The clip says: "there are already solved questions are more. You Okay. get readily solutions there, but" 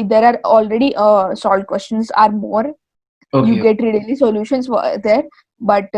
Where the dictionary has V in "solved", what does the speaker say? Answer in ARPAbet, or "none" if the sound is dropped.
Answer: none